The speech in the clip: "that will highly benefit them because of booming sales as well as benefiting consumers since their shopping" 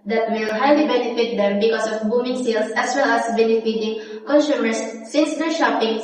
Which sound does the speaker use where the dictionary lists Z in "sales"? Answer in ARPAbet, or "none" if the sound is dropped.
S